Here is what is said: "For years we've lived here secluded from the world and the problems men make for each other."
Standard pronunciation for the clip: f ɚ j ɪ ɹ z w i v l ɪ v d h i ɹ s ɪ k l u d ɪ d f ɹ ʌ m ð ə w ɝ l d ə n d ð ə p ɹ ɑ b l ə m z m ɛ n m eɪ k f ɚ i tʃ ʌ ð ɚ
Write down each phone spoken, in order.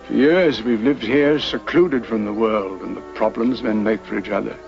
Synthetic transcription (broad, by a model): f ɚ j ɪ ɹ z w i v l ɪ v d h i ɹ s ɪ k l u d ɪ d f ɹ ʌ m ð ə w ɝ l d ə n ð ə p ɹ ɑ b l ə m z m ɛ n m eɪ k f ɚ i tʃ ʌ ð ɚ